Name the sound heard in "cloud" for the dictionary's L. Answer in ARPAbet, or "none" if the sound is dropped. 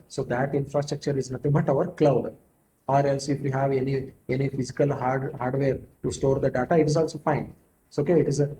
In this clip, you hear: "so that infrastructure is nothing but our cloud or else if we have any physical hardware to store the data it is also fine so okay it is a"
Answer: L